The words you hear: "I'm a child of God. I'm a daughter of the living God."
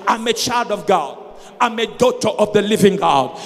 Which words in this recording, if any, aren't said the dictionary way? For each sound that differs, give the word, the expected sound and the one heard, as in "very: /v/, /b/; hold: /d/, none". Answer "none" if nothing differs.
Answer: none